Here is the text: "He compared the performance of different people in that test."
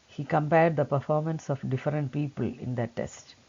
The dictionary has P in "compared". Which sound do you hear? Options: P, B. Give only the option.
P